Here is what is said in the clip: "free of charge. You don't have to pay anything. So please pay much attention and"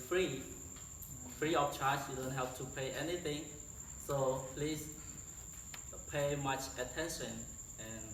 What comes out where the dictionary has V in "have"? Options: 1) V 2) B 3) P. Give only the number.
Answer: 3